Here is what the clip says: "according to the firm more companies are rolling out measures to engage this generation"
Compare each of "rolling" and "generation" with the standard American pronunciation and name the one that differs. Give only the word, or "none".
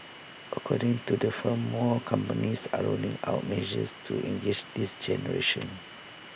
rolling